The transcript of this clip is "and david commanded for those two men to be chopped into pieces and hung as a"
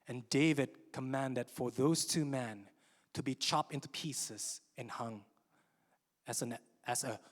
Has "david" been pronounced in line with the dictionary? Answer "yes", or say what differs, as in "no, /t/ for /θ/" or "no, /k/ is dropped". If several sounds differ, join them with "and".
yes